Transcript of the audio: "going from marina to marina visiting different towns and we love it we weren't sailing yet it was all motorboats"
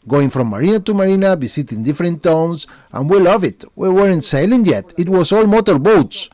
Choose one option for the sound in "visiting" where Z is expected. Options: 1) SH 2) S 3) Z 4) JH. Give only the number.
2